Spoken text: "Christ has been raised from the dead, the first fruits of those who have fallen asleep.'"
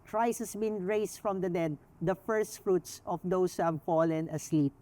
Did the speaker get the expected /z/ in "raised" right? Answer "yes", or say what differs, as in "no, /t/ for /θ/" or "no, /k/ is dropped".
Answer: no, /s/ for /z/